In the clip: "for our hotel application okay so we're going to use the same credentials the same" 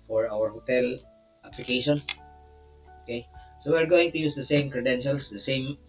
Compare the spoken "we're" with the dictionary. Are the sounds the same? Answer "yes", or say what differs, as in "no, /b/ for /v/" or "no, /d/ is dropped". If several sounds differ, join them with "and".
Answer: yes